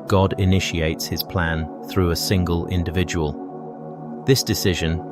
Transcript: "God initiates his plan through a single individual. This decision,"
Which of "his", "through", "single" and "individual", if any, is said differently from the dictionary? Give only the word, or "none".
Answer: none